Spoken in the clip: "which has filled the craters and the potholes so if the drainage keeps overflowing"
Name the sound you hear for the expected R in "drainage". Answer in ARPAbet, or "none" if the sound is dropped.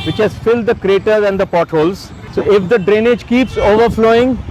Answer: R